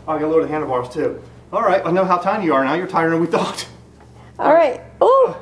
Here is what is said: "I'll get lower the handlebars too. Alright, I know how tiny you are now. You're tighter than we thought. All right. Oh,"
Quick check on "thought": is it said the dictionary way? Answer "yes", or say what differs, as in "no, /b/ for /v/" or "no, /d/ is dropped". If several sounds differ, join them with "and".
yes